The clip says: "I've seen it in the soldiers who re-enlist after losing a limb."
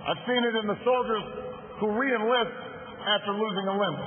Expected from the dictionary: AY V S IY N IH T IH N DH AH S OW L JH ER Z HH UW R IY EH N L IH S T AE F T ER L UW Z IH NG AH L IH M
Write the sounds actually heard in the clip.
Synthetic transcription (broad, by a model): AY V S IY N IH T IH N DH AH S OW L JH ER Z HH UW R IY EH N L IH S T AE F T ER L UW Z IH NG AH L IH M